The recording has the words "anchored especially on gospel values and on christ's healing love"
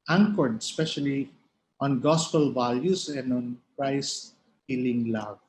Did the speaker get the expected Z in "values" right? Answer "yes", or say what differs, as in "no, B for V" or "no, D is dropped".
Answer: no, S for Z